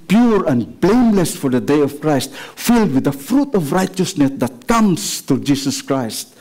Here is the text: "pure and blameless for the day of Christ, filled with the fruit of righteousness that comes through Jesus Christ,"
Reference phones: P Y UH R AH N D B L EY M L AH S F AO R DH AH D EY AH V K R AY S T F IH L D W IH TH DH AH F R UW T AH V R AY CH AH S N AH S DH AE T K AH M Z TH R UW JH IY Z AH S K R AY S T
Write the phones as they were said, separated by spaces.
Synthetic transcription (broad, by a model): P Y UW R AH N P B L EY M L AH S F AO R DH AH D EY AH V K R AY S T F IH L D W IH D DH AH F R UW T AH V R AY CH AH S N AH S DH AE T K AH M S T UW JH IY S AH S K R AY S T